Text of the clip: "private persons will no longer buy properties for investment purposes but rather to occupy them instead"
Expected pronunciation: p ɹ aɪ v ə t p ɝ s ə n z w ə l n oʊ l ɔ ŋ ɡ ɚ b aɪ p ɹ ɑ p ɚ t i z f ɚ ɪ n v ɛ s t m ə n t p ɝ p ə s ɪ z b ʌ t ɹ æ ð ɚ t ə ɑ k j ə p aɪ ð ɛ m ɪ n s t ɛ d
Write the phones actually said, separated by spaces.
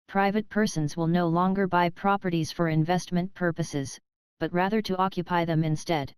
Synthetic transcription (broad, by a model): p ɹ aɪ v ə t p ɝ s ə n z w ə l n oʊ l ɔ ŋ ɡ ɚ b aɪ p ɹ ɑ p ɚ t i z f ɚ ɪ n v ɛ s t m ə n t p ɝ p ə s ɪ z b ʌ t ɹ æ ð ɚ t ə ɑ k j ə p aɪ ð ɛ m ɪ n s t ɛ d